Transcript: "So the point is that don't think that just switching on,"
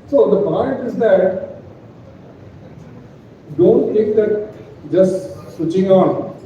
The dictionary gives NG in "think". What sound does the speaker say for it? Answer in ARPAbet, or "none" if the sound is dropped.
none